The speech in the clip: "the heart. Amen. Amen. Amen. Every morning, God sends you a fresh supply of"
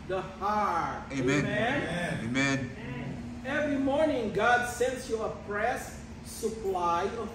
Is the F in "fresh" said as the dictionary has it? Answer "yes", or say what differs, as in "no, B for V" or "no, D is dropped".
no, P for F